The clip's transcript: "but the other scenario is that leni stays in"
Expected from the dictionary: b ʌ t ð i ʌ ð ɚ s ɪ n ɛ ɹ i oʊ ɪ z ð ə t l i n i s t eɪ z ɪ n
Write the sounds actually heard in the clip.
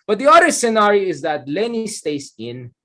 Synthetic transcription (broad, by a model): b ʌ t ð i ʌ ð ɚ s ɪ n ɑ ɹ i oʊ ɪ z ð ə t l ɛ n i s t eɪ s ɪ n